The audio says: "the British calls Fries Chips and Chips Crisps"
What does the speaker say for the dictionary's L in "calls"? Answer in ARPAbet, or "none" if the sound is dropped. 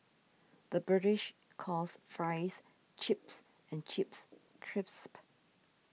none